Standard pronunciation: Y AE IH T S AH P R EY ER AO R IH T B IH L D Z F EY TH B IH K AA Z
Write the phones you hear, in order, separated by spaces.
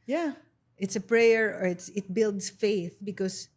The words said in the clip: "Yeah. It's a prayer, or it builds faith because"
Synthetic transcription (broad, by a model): Y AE IH T S AH P R EY ER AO R IH T B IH L D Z F EY TH B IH K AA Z